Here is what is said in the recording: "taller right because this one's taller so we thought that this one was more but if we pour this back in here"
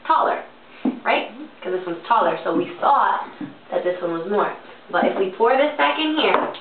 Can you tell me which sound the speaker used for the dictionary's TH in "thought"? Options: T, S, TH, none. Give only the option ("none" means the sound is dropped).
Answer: S